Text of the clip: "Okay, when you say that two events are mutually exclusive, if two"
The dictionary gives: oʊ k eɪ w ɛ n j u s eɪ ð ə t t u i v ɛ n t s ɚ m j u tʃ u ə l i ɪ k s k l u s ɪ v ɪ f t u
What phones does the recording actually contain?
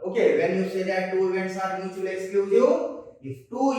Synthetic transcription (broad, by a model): oʊ k eɪ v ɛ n j u s eɪ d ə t t u i v ɛ n t s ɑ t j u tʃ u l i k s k u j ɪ ɪ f t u